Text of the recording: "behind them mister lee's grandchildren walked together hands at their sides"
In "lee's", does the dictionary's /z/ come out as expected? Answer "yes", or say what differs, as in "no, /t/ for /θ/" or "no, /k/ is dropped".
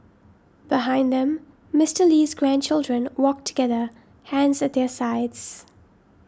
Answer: yes